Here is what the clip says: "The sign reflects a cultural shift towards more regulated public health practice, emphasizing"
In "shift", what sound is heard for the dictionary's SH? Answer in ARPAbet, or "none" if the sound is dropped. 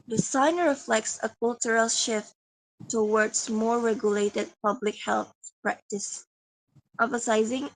SH